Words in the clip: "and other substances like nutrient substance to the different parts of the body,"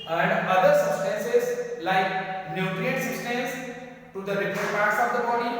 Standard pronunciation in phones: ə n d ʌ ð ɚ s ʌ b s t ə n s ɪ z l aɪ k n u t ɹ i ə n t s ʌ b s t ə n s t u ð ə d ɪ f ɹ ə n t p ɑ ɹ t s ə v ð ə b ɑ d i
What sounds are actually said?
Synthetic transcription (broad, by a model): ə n d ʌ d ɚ s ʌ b s t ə n s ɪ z l aɪ k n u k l i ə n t s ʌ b s t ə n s t u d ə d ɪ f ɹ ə t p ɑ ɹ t s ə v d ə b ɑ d i